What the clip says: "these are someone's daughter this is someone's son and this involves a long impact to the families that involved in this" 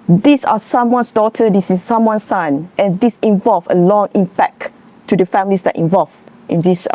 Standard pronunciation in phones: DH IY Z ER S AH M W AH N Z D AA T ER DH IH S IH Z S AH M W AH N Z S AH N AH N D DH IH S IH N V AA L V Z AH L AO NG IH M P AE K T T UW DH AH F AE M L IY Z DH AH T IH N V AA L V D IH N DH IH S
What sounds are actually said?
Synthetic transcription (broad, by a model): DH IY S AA S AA M W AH N S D AA T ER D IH S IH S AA M W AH N S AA N AH N D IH S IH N V AA L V AH L AO NG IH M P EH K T T UW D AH F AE M L IY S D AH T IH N V AA L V IH N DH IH S